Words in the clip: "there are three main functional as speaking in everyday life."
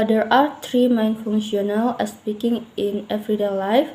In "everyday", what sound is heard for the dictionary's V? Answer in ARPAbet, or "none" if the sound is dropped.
F